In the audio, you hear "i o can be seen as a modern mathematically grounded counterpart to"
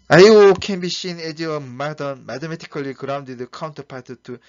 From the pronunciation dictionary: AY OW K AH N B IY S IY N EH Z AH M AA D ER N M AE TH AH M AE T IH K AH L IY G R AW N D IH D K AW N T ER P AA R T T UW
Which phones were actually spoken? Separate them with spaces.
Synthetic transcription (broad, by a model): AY OW K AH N B IY SH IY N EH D AH M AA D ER N M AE T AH M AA T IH K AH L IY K R AW N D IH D K AW N T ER P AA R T T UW